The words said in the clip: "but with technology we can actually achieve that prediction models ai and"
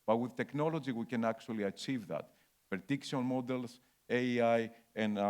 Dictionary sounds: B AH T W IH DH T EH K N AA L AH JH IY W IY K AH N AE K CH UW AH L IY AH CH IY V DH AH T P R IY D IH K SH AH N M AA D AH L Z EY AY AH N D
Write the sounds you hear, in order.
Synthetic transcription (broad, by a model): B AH T W IH DH T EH K N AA L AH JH IY W IY K AH N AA K CH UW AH L IY AH CH IY V DH AH T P IY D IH K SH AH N M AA D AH L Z EY AY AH N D